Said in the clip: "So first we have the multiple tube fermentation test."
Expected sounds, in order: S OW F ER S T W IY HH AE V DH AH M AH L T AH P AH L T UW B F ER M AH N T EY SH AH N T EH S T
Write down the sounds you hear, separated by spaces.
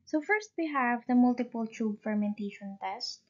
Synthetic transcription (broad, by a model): S OW F ER S T W IY HH AE V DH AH M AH L T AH P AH L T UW B F ER M AH N T EY SH AH N T EH S T